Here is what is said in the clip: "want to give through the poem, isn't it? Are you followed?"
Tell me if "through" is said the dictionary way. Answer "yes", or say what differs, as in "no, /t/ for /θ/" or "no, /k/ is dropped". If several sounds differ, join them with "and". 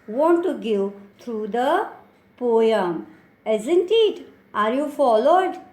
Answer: no, /t/ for /θ/